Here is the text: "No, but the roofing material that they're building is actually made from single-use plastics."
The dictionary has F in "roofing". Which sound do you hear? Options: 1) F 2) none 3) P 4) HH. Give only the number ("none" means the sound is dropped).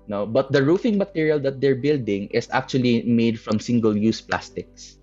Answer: 1